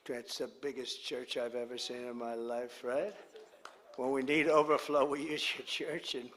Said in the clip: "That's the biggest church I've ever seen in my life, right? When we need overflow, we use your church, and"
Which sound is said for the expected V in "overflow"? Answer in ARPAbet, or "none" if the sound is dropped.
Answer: V